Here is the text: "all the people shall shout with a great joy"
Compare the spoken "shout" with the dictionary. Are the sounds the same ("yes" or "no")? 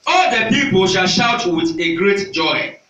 yes